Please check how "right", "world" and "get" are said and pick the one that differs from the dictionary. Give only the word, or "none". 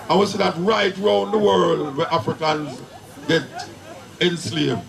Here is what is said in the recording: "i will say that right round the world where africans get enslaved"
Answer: none